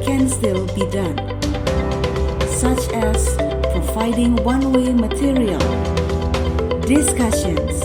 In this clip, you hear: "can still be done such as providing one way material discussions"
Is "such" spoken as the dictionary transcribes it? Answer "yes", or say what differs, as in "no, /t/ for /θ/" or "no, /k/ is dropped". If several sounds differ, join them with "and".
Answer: yes